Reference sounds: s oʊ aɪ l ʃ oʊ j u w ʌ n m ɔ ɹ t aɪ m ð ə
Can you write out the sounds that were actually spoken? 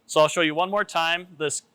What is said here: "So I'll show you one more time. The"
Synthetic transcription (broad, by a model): s oʊ aɪ l ʃ oʊ j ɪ w ʌ n m ɔ ɹ t aɪ m ð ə